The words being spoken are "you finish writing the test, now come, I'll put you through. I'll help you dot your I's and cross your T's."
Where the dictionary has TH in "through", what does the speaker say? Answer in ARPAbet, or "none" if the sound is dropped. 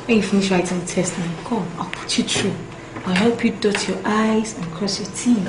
T